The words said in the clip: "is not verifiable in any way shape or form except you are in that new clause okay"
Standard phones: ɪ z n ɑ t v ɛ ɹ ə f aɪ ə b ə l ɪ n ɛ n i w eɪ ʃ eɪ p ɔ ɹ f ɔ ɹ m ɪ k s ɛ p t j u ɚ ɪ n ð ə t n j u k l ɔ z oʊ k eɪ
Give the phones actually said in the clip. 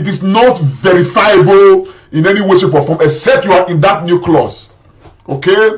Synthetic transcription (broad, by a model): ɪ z n ɑ t v ɛ ɹ ə f aɪ ə b ə l ɪ n ɛ n i w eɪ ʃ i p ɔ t f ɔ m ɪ s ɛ t j u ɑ ɪ n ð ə t n j u k l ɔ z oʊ k eɪ